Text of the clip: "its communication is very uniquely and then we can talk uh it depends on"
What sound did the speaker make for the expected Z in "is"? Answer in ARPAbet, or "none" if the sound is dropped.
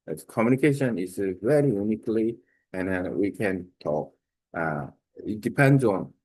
S